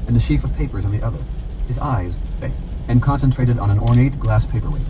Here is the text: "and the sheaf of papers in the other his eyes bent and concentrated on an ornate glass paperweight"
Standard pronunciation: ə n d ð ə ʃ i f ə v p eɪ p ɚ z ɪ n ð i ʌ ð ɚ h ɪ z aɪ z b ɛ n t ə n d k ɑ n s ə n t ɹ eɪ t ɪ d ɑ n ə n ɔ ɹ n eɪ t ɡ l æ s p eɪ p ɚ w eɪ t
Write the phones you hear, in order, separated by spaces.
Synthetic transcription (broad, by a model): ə n ð ə ʃ i f ə v p eɪ p ɚ z ɪ n ð i ʌ ð ɚ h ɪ z aɪ z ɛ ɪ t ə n k ɑ n s ə n t ɹ eɪ t ɪ d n ə n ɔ ɹ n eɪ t ɡ l æ s p eɪ p ɚ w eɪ